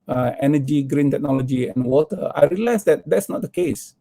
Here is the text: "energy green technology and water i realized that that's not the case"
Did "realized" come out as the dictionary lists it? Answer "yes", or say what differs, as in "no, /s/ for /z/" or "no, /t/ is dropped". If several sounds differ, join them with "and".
no, /s/ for /z/